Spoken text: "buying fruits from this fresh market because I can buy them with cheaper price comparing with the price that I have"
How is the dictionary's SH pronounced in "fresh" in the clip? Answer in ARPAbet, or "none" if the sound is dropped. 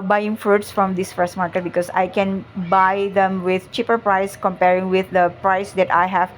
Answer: S